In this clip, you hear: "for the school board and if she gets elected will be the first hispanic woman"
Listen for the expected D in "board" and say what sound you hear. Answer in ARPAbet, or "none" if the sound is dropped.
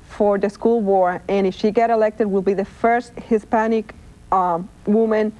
none